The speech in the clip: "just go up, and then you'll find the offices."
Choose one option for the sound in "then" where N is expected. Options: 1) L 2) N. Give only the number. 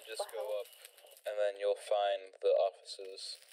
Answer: 2